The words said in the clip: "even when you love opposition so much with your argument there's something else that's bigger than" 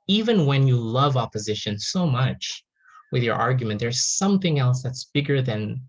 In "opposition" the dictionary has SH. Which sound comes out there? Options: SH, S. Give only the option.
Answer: SH